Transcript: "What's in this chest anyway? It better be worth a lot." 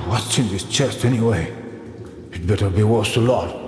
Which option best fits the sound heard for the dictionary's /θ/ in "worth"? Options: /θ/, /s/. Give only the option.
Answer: /s/